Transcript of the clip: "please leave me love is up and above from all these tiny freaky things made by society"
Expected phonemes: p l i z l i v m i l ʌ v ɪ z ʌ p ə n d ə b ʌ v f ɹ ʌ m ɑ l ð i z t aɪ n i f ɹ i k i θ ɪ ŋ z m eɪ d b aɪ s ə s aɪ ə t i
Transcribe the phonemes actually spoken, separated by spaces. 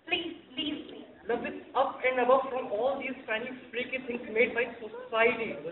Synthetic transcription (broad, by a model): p l i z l i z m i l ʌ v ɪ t ʌ p ə n d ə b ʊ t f ɹ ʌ m ɑ l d i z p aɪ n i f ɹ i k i t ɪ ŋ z m eɪ d b aɪ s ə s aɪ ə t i